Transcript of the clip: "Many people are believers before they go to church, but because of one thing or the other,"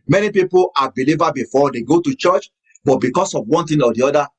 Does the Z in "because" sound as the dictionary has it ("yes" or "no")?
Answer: no